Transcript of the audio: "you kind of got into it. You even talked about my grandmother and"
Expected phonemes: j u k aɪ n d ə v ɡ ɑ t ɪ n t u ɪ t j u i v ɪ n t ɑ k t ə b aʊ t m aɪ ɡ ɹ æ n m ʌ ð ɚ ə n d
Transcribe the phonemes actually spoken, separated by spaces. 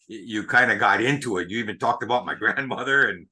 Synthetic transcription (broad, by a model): j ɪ k aɪ n d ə ɡ ɑ t ɪ n t u ɪ t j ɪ i v ɪ n t ɑ k t ə b aʊ t m aɪ ɡ ɹ æ n m ʌ ð ɚ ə n